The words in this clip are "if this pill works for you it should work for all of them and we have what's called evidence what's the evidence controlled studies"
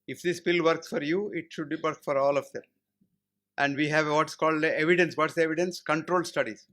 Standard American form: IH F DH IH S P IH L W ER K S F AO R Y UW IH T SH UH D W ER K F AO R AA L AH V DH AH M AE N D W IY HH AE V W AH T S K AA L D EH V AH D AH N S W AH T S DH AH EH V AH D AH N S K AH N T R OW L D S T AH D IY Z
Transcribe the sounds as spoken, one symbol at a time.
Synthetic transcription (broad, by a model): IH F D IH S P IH L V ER K S F AO R Y UW IH T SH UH D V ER K F AO R AA L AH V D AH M AE N D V IY HH AE V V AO T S K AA L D EH V AH D AH N S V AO T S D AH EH V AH D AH N S K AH N T R OW L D S T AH D IY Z